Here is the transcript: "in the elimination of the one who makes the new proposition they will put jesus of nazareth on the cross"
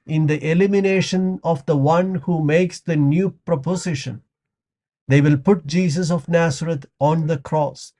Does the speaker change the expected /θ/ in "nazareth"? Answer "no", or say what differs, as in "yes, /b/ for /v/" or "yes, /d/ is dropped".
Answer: yes, /t/ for /θ/